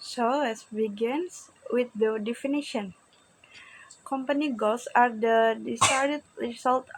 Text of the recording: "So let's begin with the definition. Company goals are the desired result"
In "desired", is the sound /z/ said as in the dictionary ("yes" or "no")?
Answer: no